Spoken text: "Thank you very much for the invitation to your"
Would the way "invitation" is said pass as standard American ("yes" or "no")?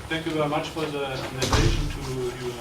no